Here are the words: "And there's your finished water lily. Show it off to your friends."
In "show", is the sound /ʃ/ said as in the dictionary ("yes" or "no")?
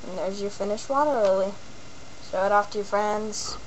no